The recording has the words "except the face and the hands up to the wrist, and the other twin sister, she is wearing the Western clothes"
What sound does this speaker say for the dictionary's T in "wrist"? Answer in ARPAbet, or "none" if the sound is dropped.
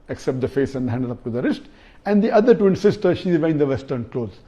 T